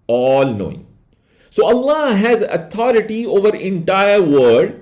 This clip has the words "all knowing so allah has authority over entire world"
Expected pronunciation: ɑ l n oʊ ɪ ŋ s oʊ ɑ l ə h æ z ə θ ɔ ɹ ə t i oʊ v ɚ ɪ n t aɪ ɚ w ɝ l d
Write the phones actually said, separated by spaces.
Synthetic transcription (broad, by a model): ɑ l n oʊ ɪ ŋ s oʊ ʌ l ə h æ z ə t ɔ ɹ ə t i oʊ v ɚ ɪ n t aɪ ɚ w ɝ d